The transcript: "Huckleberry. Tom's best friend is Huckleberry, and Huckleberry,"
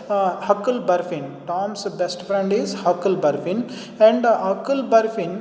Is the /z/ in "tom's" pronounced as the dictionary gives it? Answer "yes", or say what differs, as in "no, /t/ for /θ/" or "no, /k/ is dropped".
no, /s/ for /z/